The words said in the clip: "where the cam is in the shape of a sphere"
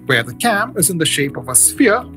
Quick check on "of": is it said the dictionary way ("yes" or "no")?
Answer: yes